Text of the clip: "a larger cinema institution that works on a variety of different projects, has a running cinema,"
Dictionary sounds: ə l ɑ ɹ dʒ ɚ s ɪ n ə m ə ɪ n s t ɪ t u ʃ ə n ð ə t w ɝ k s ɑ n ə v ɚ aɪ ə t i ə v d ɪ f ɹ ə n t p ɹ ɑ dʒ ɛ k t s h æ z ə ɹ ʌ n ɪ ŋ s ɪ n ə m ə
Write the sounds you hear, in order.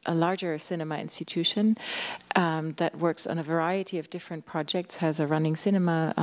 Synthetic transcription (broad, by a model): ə l ɑ ɹ dʒ ɚ s ɪ n ə m ə ɪ n s t ɪ t u ʃ ə n ð ə t w ɝ k s n ə v ɚ aɪ ə t i ə v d ɪ f ɹ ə n p ɹ ɑ dʒ ɛ k t s h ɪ z ə ɹ ʌ n ɪ ŋ s ɪ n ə m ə